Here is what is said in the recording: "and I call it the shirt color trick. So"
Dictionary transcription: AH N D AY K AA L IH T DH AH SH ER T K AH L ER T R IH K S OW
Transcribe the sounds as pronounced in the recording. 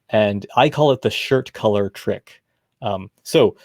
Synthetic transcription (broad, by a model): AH N AY K AA L IH T DH AH SH ER T K AH L ER T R IH K S OW